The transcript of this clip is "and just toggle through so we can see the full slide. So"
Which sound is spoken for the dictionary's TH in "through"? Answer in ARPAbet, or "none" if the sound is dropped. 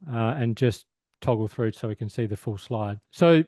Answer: TH